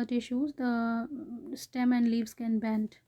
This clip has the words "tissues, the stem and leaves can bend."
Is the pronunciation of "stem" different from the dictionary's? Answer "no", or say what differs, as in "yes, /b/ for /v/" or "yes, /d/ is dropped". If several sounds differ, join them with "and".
no